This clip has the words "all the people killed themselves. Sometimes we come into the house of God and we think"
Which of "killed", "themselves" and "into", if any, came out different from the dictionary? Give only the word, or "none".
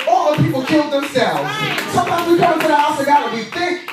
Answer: into